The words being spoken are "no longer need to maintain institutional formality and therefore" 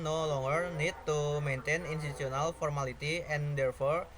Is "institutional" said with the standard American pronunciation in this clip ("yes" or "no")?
no